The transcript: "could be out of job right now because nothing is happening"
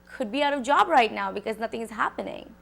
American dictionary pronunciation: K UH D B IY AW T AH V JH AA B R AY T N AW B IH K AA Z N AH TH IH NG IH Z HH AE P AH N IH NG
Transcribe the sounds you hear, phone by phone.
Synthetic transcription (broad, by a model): K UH D B IY AW T AH V JH AA B R AY T N AW B IH K AA Z N AH T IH NG IH Z HH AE P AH N IH NG